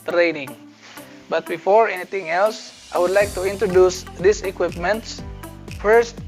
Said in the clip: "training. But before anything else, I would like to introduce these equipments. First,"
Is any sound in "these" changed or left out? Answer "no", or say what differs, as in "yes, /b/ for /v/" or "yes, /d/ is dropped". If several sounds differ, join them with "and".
yes, /s/ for /z/